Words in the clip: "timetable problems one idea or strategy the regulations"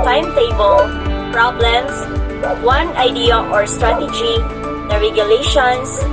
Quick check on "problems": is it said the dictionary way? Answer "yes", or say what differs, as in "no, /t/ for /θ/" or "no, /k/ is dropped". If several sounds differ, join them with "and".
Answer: no, /s/ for /z/